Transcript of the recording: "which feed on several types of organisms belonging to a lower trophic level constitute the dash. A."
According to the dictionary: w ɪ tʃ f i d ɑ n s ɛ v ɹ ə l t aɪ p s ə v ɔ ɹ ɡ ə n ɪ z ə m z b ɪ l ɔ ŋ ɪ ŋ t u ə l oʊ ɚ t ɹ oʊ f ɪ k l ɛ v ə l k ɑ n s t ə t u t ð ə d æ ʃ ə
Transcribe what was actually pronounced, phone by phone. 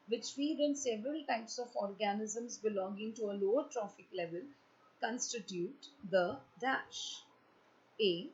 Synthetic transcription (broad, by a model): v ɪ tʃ f i d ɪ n s ɛ v ɹ ə l t aɪ p s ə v ɔ ɹ ɡ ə n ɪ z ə m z b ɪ l ɔ ŋ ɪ ŋ t u ə l oʊ ɚ t ɹ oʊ f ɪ k l ɛ v ə l k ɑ n s t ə t u t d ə d æ ʃ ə